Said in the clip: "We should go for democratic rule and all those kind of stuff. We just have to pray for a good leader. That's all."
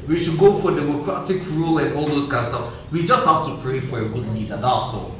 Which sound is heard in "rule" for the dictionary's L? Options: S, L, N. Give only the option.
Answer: L